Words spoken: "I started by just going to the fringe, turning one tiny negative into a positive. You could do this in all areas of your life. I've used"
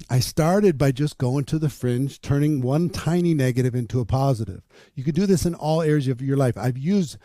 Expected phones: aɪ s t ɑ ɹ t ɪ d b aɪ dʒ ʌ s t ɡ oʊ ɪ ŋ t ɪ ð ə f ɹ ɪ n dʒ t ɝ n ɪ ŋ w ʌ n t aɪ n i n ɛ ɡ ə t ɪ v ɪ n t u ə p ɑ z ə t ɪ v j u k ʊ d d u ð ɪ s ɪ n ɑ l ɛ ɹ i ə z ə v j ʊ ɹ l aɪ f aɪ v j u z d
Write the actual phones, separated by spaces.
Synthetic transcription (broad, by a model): aɪ s t ɑ ɹ t ɪ d b aɪ dʒ ʌ s ɡ oʊ ɪ ŋ t ɪ ð ə f ɹ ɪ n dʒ t ɝ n ɪ ŋ w ʌ n t aɪ n i n ɛ ɡ ə t ɪ v ɪ n t u ə p ɑ z ə t ɪ v j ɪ k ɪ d d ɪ ð ɪ s ɪ n ɑ l ɛ ɹ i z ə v j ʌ ɹ l aɪ f aɪ v j u z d